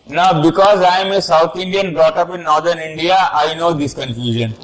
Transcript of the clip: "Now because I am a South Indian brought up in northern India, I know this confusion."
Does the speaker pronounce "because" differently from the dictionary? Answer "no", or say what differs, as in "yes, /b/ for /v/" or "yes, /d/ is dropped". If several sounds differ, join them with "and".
no